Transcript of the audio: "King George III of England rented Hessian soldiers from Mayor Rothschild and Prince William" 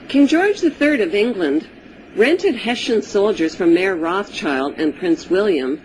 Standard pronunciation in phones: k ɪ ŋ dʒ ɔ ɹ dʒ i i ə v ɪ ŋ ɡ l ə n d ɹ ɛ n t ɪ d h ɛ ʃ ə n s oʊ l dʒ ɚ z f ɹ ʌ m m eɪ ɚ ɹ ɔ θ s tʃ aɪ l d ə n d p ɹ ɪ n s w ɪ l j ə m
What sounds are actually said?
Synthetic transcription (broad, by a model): k ɪ ŋ dʒ ɔ ɹ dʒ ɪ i ə v ɪ ŋ ɡ l ə n d ɹ ɛ n t ɪ d h ɛ ʃ ə n s oʊ l dʒ ɚ z f ɹ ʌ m m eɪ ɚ ɹ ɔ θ tʃ aɪ l d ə n p ɹ ɪ n s w ɪ l j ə m